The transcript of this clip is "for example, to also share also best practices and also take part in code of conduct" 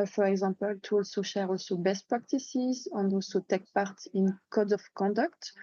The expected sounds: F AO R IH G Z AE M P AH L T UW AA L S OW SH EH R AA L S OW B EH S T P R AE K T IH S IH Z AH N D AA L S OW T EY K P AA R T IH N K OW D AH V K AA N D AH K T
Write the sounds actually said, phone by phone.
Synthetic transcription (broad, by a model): F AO R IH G Z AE M P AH L T UW AA L S OW SH EH R AA L S OW B EH S T P R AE K T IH S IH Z AH N D AA L S OW T EY K P AA R T IH N K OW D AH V K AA N D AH K T